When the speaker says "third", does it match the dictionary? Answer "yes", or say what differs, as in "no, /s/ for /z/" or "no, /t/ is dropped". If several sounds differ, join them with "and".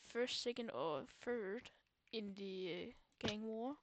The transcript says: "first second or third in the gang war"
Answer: no, /f/ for /θ/